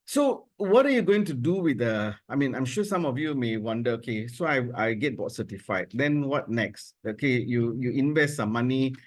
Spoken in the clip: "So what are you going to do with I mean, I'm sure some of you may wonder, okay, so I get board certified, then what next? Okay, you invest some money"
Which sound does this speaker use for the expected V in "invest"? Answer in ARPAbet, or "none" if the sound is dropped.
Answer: V